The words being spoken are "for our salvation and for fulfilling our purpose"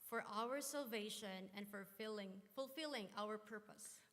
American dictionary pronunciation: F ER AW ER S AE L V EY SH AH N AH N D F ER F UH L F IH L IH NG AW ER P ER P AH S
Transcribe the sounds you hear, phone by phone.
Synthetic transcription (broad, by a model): F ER AW ER S AE L V EY SH AH N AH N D F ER F UH L F IH L IH NG AW ER P ER P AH S